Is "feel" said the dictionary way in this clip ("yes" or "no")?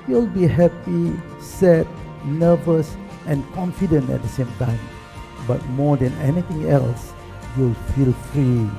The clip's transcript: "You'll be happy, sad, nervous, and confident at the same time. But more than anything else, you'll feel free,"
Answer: yes